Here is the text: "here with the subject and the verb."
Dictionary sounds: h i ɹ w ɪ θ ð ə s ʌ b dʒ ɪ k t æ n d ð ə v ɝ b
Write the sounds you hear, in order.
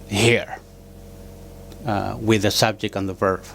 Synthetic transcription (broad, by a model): h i ɹ w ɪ ð ə s ʌ b dʒ ɪ k t n ð ə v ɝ